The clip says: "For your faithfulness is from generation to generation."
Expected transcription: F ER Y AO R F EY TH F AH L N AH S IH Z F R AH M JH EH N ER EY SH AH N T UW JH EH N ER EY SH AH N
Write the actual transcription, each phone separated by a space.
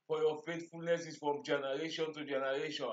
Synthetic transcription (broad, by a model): F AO Y AO F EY T F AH L N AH S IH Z F R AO M JH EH N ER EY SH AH N T UW JH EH N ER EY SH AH N